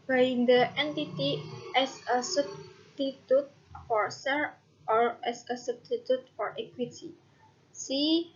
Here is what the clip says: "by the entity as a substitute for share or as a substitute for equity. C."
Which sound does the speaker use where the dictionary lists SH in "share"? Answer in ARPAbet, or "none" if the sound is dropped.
S